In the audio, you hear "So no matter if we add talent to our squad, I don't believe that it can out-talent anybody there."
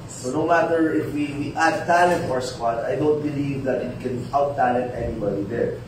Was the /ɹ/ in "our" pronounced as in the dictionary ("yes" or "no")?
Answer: yes